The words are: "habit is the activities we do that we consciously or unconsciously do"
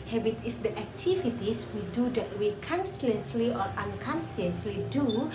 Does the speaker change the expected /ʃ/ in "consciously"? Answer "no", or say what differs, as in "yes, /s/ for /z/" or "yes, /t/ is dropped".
yes, /s/ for /ʃ/